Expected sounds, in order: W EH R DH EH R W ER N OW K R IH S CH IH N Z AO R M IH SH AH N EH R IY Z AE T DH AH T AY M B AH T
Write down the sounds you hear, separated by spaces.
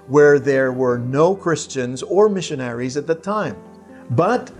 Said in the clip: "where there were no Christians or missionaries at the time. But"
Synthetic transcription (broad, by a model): W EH R DH EH R W ER N OW K R IH S CH IH N Z AO R M IH SH AH N EH R IY Z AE T DH AH T AY M B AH T